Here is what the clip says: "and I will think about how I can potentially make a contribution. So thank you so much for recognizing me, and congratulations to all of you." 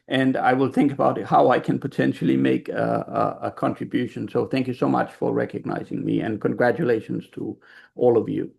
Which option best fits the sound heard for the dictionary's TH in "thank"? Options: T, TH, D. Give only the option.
TH